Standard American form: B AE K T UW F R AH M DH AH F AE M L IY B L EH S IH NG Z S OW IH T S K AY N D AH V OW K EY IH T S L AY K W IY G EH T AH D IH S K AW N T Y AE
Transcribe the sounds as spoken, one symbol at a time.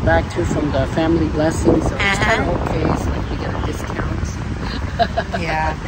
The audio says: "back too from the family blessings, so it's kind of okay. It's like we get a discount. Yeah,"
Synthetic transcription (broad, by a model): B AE K T UW F R AH M DH AH F AE M L IY B L EH S IH NG Z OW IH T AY D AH B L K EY IH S L AY K W IY G EH T AH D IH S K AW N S Y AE